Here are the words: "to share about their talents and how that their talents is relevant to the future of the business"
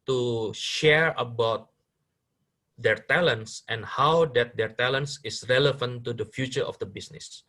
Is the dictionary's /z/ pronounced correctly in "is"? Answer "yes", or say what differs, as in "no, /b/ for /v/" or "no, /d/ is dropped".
no, /s/ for /z/